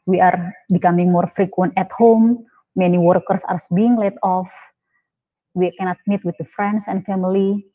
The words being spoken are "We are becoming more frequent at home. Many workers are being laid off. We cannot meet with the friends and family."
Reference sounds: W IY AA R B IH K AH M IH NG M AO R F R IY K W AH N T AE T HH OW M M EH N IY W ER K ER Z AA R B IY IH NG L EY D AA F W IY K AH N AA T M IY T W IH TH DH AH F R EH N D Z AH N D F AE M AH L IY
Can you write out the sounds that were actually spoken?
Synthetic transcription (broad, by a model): W IY AA R B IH K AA M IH NG M AO R F R IY K W AH N T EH T HH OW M M EH N IY W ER K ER S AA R B IY IH NG L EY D AA F W IY K AH N AA T M IY T W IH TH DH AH F R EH N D S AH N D F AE M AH L IY